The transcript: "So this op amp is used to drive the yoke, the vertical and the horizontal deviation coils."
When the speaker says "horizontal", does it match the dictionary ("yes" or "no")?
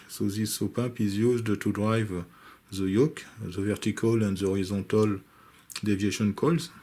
no